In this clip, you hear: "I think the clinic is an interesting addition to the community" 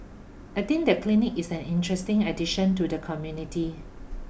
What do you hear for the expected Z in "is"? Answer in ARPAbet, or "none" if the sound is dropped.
S